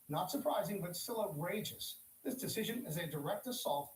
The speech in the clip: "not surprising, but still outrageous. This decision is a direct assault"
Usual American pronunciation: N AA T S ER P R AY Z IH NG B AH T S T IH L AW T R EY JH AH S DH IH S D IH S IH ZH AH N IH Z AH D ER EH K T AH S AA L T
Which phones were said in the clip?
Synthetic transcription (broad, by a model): N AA T S ER P R AY Z IH NG B AH T S T IH L AW T R EY JH AH S DH IH S D IH S IH ZH AH N IH Z AH D ER EH K T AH S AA L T